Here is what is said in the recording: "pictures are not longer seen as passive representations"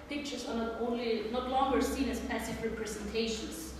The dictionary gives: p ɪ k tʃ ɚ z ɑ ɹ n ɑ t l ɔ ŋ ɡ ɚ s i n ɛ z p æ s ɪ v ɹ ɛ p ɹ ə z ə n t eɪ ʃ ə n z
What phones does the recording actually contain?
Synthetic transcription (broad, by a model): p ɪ k tʃ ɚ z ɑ l n ɑ t l ɔ ŋ ɡ ɚ s i n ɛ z p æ s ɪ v ɹ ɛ p ɹ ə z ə n t eɪ ʃ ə n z